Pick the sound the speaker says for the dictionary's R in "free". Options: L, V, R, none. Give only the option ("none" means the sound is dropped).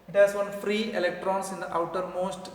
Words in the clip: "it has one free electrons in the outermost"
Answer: R